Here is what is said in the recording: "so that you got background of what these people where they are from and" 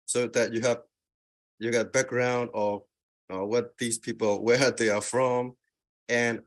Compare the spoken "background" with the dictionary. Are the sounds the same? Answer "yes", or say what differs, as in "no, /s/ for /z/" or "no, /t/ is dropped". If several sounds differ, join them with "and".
yes